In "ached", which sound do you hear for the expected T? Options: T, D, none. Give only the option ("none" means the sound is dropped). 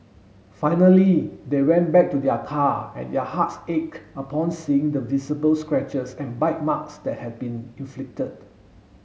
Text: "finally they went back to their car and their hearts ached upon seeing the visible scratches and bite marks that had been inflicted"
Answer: none